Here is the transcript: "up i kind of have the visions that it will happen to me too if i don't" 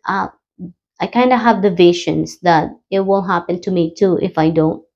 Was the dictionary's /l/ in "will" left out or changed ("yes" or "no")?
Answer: yes